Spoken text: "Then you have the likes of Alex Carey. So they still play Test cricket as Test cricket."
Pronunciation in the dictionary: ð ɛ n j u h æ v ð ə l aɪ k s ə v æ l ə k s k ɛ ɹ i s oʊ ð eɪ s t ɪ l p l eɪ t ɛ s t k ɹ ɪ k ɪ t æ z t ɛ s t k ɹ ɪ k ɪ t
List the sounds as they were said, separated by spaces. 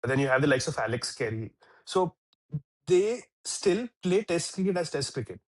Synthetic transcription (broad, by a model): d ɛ n j u h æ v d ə l aɪ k s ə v æ l ə k s k ɛ ɹ i s oʊ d eɪ s t ɪ l p l eɪ t ɛ s t k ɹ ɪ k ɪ t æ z t ɛ s t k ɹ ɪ k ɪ t